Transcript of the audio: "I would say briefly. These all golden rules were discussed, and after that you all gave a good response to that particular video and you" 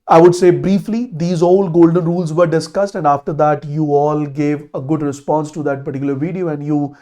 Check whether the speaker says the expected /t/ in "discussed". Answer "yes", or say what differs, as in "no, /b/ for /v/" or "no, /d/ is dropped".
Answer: yes